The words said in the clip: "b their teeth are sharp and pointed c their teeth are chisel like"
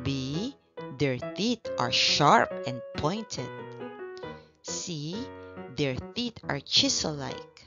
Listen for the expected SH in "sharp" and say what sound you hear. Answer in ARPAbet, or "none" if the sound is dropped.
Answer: SH